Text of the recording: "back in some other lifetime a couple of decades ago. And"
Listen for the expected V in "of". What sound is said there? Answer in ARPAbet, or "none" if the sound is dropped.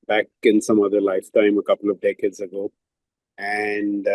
V